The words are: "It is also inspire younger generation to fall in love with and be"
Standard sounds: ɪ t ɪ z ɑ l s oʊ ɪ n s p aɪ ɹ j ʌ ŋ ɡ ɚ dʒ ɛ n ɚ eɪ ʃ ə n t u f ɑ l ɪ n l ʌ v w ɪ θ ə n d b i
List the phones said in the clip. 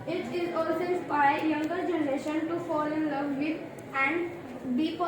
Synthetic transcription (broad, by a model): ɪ t ɪ z ɑ l s oʊ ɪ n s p aɪ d j ʌ ŋ ɡ ɚ dʒ ɛ n ɚ eɪ ʃ ə n t u f ɑ l ɪ n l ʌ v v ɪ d ə n d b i